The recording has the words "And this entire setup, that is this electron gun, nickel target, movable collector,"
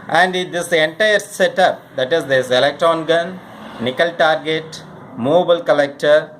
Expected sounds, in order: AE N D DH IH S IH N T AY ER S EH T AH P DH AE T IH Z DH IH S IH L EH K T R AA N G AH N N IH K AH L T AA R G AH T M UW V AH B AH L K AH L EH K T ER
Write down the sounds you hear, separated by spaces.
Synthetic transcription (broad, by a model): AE N D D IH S IH N T AY ER S EH T AH P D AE T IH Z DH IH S IH L EH K T R AA N G AH N N IH K AH L T AA R G AH T M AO B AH AH L K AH L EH K T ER